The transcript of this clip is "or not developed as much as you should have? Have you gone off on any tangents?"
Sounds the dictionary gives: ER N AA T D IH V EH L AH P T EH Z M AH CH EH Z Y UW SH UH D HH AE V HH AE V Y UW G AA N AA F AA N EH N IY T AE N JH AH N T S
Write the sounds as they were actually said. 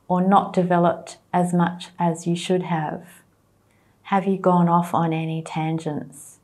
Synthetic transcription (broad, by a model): ER N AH T D IH V EH L AH P T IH Z M AH CH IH Z Y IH SH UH D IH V HH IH V Y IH G AA N AA F N EH N IY T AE N JH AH N T S